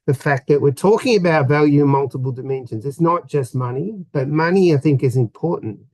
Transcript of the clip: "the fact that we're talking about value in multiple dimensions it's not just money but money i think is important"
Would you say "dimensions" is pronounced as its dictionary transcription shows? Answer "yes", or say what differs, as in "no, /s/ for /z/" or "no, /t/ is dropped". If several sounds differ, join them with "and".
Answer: yes